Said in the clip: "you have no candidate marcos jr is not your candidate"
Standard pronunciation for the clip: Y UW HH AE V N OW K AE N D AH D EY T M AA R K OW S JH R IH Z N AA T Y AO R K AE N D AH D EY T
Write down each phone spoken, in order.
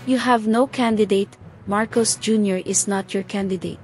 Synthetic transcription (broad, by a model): Y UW HH AE V N OW K AE N D AH D EY T M AA R K OW S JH R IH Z N AA T Y AO R K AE N D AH D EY T